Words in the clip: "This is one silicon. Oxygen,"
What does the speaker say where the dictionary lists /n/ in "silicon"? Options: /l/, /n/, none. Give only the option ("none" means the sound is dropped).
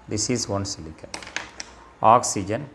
none